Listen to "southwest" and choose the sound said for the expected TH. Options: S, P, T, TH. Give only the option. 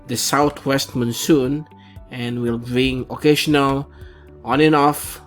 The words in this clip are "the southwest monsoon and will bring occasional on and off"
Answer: T